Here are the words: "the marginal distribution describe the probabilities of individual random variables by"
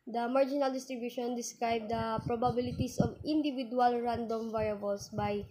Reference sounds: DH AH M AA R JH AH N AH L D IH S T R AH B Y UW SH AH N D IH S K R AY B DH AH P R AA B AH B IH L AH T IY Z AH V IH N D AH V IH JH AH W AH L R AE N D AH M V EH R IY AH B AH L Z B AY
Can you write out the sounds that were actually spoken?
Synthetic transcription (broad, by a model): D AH M AA R JH AH N AH L D IH S T R AH B Y UW SH AH N D IH S K R AY B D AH P R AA B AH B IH L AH T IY S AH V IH N D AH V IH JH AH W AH L R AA N D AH M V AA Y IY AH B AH L S B AY